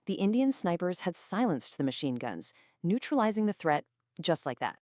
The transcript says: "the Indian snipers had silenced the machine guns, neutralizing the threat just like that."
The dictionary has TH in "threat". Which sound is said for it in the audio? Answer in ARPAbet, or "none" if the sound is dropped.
TH